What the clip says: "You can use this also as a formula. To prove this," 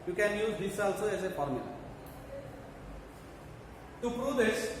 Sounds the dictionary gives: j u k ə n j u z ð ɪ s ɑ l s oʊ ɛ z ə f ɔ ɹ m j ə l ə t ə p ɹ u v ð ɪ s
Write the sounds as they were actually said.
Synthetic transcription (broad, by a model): j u k ə n j u z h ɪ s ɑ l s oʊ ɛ s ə p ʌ ɹ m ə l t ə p ɹ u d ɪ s